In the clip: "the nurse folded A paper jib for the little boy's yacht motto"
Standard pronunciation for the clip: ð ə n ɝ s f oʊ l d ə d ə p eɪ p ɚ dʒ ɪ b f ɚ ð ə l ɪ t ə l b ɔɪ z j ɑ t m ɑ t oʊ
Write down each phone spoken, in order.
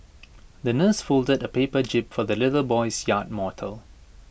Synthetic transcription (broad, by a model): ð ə n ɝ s f oʊ l d ə d ə p eɪ p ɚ dʒ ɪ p f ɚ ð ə l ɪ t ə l b ɔɪ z j ɑ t m ɑ t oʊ